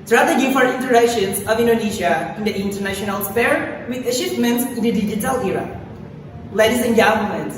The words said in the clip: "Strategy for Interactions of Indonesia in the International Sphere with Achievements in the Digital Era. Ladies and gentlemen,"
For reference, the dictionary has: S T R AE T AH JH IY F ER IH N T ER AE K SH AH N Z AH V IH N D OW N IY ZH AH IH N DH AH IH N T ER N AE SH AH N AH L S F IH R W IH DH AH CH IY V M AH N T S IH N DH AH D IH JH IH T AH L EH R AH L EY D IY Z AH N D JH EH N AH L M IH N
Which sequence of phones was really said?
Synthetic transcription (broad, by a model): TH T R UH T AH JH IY F ER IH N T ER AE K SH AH N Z AH V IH N D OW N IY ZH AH IH N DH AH IH N T ER N AE SH AH N AH L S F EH R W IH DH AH SH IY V M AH N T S IH N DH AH D IH JH IH T AH L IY R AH L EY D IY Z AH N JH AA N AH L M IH N